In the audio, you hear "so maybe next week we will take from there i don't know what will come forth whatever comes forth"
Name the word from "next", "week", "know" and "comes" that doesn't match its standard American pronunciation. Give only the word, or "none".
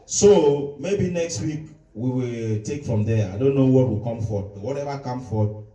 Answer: comes